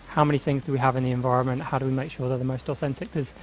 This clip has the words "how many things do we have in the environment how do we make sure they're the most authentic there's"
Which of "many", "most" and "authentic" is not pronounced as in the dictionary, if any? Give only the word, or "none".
none